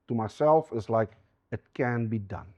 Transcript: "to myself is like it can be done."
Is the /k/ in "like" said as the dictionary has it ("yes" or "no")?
yes